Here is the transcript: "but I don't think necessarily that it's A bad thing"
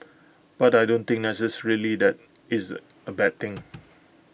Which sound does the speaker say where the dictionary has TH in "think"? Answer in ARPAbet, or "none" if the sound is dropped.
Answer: T